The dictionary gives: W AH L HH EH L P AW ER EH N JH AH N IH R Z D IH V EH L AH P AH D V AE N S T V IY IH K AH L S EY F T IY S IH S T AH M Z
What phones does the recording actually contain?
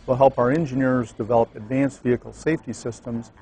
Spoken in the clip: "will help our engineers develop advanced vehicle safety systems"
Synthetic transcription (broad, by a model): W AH L HH EH L P AW ER EH N JH AH N IH R Z D IH V EH L AH P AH D V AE N S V IY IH K L S EY F T IY S IH S T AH M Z